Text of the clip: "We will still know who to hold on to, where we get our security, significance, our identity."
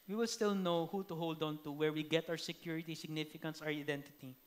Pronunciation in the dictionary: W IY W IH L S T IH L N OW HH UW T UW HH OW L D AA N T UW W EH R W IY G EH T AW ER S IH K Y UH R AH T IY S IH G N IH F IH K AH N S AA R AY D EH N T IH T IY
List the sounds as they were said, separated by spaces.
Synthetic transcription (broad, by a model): W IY W IH L S T IH L N OW HH UW T UW HH OW L D AA N T UW W EH R W IY G EH T AW ER S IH K Y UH R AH T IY S IH G N IH F IH K AH N S AA R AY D EH N T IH T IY